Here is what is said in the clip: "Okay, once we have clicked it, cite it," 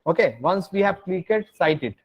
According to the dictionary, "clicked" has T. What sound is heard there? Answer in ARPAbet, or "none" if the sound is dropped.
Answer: none